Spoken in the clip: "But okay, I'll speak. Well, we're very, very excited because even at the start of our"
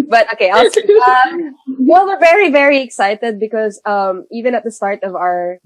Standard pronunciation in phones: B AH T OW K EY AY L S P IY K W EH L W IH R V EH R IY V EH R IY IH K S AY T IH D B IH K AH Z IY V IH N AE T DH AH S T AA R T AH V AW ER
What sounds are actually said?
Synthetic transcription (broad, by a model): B AH T OW K EY AY L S AH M W EH L W IH R V EH R IY V EH R IY IH K S AY T IH D B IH K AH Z IY V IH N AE T DH AH S T AA R T AH V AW ER